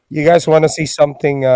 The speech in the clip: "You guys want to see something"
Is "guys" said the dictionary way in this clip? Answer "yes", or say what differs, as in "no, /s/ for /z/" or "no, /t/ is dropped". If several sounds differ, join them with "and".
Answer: yes